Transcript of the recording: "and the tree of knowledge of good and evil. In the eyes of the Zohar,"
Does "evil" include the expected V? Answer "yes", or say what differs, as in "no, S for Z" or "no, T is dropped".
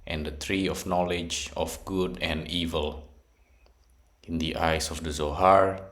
yes